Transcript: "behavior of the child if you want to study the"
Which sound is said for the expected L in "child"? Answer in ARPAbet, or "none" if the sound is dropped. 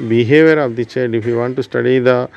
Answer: none